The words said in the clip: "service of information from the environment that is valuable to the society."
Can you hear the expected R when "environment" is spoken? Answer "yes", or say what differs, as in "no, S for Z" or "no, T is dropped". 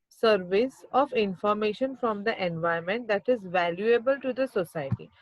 no, R is dropped